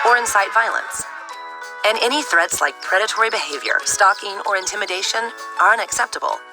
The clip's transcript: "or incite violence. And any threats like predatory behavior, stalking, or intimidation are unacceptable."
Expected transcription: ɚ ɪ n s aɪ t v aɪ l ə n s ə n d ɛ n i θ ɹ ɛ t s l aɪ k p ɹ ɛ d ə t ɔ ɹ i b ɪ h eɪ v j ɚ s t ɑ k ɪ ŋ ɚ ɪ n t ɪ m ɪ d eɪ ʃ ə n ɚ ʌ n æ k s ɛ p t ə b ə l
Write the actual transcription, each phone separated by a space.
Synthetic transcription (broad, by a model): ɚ ɪ n s aɪ t v aɪ l ə n s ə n ɛ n i θ ɹ ɛ t s l aɪ k p ɹ ɛ d ə t ɔ ɹ i b ɪ h eɪ v j ɚ s t ɑ k ɪ ŋ ɚ ɪ n t ɪ m ɪ d eɪ ʃ ə n ɚ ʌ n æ k s ɛ p t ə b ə l